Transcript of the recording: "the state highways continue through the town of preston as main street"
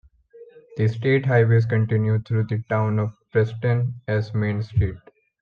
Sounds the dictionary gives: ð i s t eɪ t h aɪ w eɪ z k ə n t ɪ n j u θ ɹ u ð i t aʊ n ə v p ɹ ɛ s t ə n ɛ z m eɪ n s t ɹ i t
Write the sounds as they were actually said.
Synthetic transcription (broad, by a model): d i s t eɪ t h aɪ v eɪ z k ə n t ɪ n j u t ɹ u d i t aʊ n ə v p ɹ ɛ s t ə n ɛ z m eɪ n s t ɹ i t